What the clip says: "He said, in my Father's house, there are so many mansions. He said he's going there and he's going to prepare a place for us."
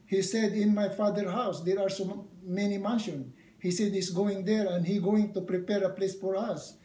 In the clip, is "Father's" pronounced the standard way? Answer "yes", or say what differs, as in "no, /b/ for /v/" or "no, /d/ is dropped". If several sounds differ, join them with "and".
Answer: no, /z/ is dropped